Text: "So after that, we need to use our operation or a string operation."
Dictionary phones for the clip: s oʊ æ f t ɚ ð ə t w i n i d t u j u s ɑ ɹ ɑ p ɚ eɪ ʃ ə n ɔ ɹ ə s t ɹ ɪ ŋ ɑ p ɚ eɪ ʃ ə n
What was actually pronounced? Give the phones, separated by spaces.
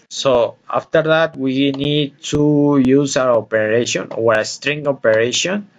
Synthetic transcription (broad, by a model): s oʊ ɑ f t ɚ ð ə t w i n i d t u j u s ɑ w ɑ p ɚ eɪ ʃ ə n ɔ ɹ ə s t ɹ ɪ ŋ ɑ p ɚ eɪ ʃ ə n